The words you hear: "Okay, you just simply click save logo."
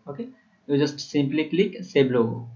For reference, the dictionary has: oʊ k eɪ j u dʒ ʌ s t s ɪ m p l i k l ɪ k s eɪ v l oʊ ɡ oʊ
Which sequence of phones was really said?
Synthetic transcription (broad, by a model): oʊ k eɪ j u dʒ ʌ s t s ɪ m p l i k l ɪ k s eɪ b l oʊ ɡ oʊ